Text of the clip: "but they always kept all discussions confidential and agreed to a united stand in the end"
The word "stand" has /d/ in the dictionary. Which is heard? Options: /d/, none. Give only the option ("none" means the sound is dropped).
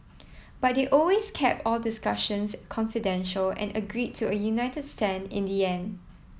none